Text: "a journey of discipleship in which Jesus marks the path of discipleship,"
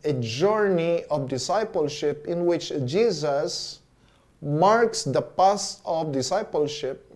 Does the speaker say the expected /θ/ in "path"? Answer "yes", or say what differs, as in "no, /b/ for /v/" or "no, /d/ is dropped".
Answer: no, /s/ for /θ/